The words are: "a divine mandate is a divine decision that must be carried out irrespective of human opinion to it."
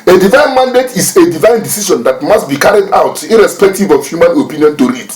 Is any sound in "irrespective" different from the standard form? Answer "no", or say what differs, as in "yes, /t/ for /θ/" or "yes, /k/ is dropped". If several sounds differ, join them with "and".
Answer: no